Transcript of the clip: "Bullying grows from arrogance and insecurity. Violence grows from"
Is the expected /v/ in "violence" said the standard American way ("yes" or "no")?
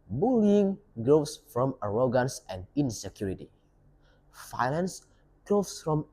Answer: no